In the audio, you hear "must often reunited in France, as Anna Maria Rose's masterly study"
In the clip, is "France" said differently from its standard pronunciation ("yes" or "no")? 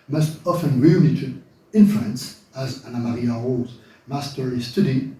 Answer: yes